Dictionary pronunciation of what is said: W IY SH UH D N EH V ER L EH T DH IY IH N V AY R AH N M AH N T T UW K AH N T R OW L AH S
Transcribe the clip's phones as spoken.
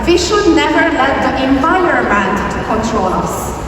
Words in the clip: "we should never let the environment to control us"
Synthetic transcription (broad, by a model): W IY SH UH D N EH V ER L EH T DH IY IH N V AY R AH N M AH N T T UW K AH N T R OW L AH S